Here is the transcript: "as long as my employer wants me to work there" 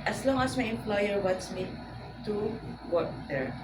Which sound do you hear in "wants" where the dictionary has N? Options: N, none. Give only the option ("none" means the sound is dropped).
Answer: none